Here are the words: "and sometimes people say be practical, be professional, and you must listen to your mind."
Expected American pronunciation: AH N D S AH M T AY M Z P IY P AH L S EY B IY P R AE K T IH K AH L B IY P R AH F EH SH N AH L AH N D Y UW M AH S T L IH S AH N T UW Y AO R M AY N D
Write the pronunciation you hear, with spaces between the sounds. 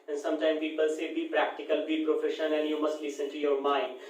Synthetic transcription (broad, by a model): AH N S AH M T AY M P IY P AH L S EY B IY P R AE K T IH K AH L B IY P R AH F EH SH AH N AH N Y UW M AH S T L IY S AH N T UW Y AO R M AY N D